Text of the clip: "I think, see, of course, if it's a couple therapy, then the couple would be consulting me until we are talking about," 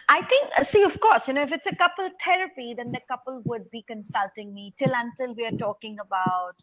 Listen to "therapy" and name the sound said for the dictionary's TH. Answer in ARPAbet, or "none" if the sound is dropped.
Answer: T